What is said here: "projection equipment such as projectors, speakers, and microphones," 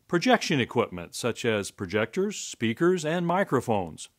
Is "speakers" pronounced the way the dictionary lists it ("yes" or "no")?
yes